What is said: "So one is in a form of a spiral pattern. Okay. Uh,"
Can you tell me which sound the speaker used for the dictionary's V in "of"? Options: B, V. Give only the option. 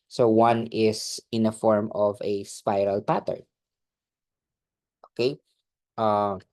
V